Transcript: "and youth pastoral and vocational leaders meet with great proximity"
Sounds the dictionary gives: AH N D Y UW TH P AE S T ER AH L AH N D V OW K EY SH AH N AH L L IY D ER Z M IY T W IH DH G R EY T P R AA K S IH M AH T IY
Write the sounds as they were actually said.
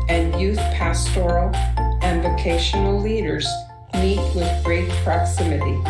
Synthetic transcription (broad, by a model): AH N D Y UW TH P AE S T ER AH L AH N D V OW K EY SH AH N L L IY D ER Z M IY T W IH DH G R EY T P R AA K S IH M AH T IY